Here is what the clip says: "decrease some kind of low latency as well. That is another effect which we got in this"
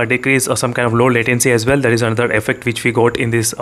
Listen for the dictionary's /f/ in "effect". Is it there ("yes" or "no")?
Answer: yes